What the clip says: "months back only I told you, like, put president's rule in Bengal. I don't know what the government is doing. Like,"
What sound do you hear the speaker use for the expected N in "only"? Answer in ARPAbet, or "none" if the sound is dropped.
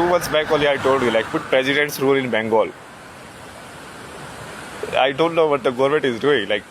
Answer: none